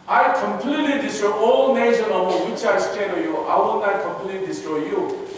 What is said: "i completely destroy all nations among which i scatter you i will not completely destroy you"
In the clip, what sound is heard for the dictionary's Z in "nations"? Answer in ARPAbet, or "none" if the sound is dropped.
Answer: none